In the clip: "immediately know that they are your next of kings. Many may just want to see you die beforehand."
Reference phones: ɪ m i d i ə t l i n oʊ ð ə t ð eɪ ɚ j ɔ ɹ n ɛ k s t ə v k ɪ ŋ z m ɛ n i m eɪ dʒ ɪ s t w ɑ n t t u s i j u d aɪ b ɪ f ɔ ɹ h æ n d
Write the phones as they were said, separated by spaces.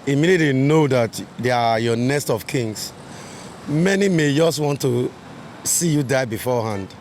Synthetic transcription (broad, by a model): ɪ m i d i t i n oʊ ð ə t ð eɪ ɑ j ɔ n ɛ s t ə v k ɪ ŋ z m ɛ n i m eɪ dʒ ɪ s t w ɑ n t t u s i j u d aɪ b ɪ f ɔ h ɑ n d